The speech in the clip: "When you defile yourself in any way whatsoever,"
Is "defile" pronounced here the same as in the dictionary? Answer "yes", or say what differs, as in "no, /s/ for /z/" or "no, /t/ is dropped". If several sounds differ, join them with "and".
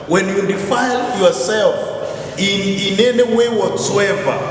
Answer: yes